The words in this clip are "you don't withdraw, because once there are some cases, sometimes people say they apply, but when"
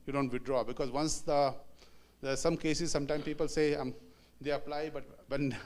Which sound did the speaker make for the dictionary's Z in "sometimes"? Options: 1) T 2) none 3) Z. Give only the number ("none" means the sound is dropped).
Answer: 2